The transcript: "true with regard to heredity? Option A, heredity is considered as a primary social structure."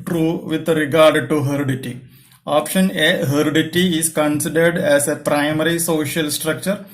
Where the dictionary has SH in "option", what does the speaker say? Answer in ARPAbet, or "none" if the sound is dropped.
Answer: SH